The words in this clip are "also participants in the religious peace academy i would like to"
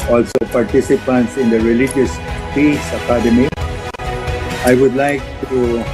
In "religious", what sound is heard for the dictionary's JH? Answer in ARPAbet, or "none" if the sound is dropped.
JH